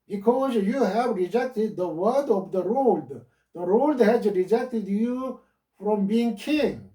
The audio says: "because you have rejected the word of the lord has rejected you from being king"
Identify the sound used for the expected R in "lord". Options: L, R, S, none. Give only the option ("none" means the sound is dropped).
L